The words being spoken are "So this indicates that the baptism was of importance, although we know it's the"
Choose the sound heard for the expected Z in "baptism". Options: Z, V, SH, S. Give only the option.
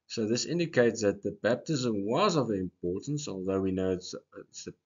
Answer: Z